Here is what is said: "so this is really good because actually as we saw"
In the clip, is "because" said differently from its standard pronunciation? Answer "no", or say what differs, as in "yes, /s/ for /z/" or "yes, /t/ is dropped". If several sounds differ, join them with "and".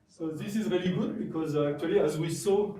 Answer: no